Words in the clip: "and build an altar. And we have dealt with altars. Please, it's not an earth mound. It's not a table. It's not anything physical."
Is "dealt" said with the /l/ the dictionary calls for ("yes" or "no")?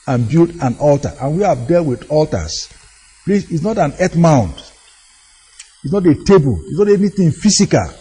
yes